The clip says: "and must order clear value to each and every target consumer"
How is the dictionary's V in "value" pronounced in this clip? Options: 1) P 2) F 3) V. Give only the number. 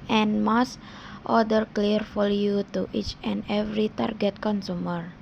2